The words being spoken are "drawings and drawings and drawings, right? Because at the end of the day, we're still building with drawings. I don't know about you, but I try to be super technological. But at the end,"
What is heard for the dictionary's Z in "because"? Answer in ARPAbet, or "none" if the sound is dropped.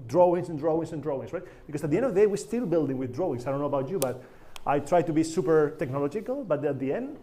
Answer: S